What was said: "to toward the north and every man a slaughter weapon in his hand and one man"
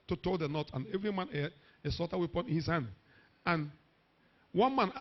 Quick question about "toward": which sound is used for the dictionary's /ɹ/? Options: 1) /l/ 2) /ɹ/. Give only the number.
1